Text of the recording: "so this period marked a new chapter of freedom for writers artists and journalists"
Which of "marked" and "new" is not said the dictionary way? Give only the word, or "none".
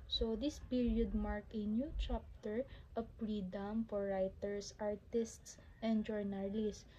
marked